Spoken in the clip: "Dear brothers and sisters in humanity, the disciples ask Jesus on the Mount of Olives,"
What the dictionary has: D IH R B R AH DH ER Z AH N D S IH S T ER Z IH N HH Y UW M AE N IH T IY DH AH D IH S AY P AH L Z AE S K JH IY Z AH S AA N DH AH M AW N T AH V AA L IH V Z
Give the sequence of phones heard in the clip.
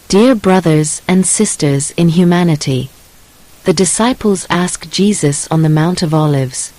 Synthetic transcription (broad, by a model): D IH R B R AH DH ER Z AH N S IH S T ER Z IH N HH Y UW M AE N IH T IY DH AH D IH S AY P L Z AE S K JH IY Z AH S N DH AH M AW N T AH V AA L IH V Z